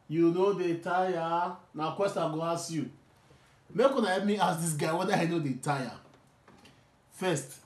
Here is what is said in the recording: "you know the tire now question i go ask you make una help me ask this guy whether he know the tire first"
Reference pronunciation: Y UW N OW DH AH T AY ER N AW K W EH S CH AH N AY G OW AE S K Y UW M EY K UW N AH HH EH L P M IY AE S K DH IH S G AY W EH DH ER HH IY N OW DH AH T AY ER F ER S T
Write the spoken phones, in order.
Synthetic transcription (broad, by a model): Y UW N OW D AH T AY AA N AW K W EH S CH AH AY G OW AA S Y UW M EY K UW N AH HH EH P M IY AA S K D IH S G AY W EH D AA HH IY N OW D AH T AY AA F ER S T